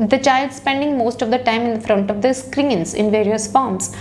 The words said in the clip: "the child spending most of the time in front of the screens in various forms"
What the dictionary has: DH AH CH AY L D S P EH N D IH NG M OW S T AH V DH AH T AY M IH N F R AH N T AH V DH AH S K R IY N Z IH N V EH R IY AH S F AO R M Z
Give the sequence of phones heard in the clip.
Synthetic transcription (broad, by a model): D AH CH AY L D S P EH N D IH NG M OW S T AH V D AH T AY M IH N F R AH N T AH V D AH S K R IY N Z IH N V EH R IY AH S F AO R M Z